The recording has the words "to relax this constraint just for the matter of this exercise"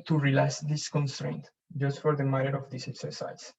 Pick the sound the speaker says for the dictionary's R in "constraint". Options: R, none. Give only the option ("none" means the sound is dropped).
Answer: R